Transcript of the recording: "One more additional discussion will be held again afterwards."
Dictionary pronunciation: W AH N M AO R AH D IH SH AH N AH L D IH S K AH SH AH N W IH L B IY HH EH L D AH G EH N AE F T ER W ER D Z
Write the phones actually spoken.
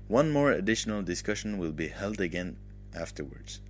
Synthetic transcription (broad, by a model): W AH N M AO R AH D IH SH AH N AH L D IH S K AH SH AH N W IH L B IY HH EH L D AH G EH N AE F T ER W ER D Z